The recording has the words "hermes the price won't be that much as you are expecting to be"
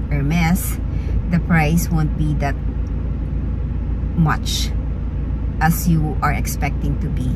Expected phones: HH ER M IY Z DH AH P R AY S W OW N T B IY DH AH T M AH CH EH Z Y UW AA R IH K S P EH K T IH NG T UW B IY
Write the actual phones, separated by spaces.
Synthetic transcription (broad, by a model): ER M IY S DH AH P R AY S W OW N T B IY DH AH T M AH CH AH S Y UW AA R IH K S P EH K T IH NG T UW B IY